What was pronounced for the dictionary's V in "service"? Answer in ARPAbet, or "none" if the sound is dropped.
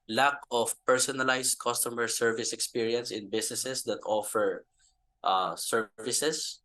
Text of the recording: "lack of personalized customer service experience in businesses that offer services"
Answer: V